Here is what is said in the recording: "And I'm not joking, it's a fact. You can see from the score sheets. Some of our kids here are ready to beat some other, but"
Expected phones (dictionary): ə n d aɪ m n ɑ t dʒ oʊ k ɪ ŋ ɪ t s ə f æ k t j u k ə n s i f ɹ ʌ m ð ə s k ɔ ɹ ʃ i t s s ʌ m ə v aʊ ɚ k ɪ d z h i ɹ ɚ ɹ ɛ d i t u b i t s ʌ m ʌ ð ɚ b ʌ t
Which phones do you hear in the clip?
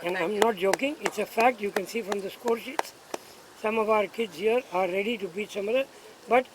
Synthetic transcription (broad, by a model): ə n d aɪ m n ɑ t dʒ oʊ k ɪ ŋ ɪ t s ə f æ k t j u k ə n s i f ɹ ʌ m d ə s k ɔ ɹ ʃ i t s s ʌ m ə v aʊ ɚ k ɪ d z h i ɚ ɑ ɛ d i t u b i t s ʌ m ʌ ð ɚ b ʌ t